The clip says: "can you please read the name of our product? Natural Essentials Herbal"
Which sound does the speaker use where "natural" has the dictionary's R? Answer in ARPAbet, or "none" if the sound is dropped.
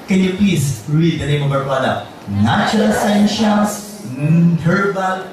none